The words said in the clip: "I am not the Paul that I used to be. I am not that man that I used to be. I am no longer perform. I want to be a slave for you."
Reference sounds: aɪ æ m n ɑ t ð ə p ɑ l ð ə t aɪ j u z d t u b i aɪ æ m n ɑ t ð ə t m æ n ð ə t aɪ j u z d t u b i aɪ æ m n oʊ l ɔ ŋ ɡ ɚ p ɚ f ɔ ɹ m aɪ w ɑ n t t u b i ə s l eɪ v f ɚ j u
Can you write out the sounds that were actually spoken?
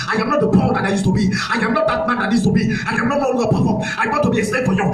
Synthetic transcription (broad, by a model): aɪ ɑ m n ɑ t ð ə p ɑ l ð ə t aɪ j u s t u b i aɪ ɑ m n ɑ t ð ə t m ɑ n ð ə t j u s t u b i aɪ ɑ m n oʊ n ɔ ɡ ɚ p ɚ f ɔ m aɪ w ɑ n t t u b i ə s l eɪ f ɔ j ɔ